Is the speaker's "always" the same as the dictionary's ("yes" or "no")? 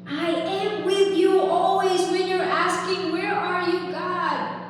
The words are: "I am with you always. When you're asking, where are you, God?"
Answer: yes